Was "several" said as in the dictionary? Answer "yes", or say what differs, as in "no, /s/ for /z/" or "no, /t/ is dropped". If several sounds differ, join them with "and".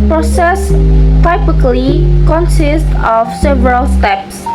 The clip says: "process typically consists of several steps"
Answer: yes